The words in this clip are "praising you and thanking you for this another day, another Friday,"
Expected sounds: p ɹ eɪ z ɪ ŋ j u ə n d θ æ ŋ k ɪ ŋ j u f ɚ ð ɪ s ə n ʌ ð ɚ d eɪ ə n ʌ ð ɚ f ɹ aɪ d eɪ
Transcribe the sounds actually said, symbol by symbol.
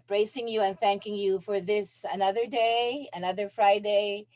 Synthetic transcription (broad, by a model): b ɹ eɪ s ɪ ŋ j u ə n θ æ ŋ k ɪ ŋ j u f ɚ ð ɪ s ə n ʌ ð ɚ d eɪ ə n ʌ ð ɚ f ɹ aɪ d eɪ